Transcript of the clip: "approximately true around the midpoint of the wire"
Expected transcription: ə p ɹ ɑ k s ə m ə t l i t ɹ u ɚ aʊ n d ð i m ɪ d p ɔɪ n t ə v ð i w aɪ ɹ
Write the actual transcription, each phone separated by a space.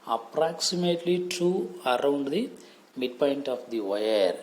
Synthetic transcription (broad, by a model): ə p ɹ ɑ k s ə m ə t l i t u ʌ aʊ n d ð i m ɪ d p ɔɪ n t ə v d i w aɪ ɹ